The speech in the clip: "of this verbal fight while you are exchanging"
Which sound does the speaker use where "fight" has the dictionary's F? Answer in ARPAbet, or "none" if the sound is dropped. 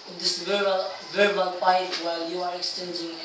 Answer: P